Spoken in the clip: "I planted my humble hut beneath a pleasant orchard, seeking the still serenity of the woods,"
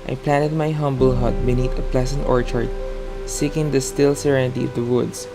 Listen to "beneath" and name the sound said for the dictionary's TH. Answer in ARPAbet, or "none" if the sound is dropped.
T